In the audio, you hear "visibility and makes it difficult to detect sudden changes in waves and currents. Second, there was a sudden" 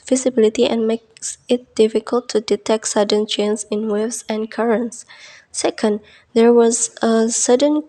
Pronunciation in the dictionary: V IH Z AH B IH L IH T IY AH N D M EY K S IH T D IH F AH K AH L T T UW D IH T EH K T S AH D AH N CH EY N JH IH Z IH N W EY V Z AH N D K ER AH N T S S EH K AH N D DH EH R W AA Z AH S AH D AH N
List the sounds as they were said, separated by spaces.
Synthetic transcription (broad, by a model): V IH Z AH B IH L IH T IY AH N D M EY K S IH T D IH F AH K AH L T T UW D IH T EH K T S AH D AH N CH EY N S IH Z IH N W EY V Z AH N K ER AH N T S S EH K AH N D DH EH R W AA Z AH S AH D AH N